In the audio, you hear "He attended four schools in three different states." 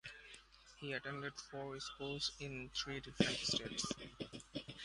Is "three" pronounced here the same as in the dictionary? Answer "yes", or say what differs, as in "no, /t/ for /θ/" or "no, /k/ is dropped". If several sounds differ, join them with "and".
no, /t/ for /θ/